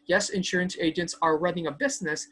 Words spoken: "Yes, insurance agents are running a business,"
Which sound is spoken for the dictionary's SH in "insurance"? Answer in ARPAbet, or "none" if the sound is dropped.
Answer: SH